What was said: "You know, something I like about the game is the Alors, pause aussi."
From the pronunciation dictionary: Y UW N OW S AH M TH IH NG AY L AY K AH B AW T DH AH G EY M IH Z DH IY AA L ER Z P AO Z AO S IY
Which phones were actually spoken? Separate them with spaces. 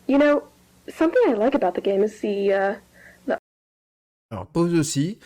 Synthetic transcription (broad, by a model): Y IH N OW S AH M TH IH NG AY L AY K AH B AW T DH AH G EY M IH Z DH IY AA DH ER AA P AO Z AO S IY